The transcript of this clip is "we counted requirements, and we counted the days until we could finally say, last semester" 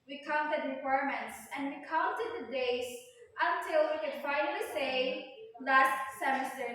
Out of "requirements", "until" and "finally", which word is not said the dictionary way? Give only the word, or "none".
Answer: finally